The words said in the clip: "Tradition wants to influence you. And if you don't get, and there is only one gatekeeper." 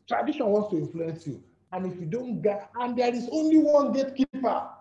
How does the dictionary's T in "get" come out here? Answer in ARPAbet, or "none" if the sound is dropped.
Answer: none